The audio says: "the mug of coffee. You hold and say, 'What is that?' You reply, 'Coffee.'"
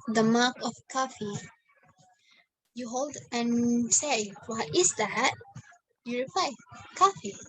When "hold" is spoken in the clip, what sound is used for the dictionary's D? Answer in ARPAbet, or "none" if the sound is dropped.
D